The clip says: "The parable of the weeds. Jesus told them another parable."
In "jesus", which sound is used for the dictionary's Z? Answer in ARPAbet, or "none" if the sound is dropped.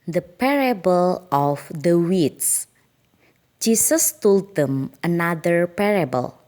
S